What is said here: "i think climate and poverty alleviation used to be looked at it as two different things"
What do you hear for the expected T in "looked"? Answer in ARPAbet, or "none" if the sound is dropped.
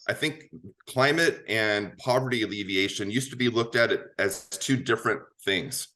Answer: T